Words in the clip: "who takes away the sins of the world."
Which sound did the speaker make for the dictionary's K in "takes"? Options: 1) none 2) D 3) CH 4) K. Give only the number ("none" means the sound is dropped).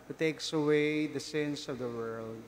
4